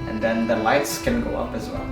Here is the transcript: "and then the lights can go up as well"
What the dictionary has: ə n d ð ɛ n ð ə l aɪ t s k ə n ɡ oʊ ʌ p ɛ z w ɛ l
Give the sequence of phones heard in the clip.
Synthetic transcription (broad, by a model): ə n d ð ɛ n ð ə l aɪ t s k ə n ɡ oʊ ʌ p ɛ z w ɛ l